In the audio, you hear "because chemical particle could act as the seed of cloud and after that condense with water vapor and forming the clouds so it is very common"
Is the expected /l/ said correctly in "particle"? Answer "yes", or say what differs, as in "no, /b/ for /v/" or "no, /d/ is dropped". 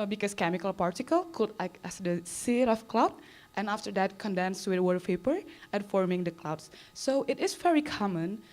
yes